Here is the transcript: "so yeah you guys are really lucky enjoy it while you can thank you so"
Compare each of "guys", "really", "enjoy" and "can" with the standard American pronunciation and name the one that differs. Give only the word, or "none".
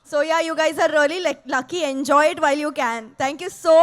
really